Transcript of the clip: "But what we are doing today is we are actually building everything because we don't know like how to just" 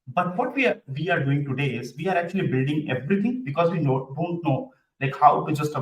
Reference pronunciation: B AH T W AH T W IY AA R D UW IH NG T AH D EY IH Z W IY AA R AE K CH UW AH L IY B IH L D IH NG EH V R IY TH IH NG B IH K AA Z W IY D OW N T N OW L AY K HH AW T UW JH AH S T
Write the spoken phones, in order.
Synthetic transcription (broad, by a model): B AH T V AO T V IY AA R D UW IH NG T AH D EY IH Z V IY AA R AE K CH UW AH L IY B IH L D IH NG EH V R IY T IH NG B IH K AA Z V IY D OW N T N OW L AY K HH AW T UW JH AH S T